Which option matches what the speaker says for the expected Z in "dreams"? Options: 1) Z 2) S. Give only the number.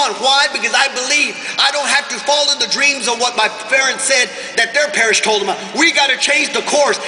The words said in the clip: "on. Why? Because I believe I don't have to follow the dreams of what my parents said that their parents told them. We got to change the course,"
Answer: 1